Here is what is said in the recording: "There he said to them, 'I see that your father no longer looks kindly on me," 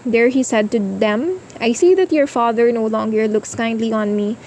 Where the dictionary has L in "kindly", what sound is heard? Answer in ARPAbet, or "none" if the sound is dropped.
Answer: L